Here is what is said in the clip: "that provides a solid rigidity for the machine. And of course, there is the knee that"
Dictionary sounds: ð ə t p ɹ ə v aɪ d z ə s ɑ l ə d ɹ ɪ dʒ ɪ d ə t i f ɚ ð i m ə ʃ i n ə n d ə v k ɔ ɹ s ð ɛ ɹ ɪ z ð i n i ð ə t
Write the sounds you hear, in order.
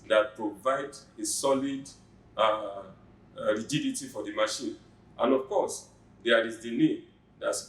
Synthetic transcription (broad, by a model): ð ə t p ɹ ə v aɪ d ə s ɑ l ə d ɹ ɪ dʒ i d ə t i f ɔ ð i m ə ʃ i n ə n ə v k ɔ s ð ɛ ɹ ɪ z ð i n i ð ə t